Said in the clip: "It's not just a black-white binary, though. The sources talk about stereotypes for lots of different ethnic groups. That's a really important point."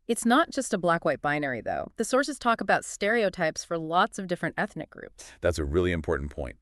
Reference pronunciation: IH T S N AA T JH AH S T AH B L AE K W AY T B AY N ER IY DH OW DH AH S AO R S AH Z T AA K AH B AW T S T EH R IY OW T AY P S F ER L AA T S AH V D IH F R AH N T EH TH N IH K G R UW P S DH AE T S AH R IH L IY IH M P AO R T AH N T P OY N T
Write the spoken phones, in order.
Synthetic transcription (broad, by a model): IH T S N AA T JH AH S T AH B L AE K W AY T B AY N ER IY DH OW DH AH S AO R S AH Z T AA K AH B AW T S T EH R IY OW T AY P S F ER L AA T S AH V D IH F R AH N T EH TH N IH K G R UW P S DH AE T S AH R IH L IY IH M P AO R T N P OY N T